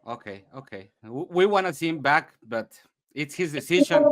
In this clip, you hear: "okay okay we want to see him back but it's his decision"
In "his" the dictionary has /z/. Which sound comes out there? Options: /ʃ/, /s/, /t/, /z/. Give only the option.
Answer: /z/